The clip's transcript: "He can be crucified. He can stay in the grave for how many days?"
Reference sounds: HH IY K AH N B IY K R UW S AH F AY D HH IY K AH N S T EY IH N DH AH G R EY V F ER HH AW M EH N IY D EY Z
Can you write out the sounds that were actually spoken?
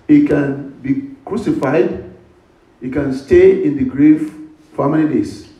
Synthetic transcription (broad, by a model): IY K AH N B IY K R UW S AH F AY D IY K AH N S T EY IH N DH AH G R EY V F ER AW M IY L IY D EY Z